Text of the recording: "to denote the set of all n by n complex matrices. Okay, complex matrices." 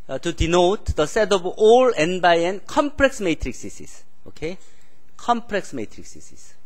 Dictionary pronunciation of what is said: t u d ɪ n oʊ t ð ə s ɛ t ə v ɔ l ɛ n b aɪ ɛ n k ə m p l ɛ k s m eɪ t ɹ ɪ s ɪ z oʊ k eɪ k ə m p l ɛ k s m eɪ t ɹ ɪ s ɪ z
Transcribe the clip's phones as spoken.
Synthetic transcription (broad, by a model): t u d ɪ n oʊ t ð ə s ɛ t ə b ɔ l ɛ n b aɪ ɛ n k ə m p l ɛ k s m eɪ t ɹ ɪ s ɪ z oʊ k eɪ k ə m p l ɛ k s m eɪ t ɹ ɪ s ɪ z